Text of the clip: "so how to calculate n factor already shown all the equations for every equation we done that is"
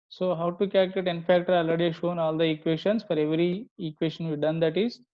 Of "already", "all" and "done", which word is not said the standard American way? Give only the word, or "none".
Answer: already